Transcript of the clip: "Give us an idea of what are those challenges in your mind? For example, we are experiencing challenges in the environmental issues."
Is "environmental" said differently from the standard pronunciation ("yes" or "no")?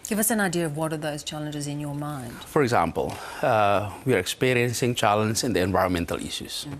no